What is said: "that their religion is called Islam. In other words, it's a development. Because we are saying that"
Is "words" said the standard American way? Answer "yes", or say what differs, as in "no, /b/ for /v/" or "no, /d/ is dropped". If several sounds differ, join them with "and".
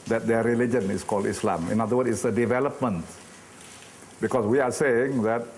no, /z/ is dropped